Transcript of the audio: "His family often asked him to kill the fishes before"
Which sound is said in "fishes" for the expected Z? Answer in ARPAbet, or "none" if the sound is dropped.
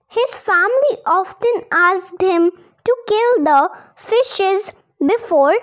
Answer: Z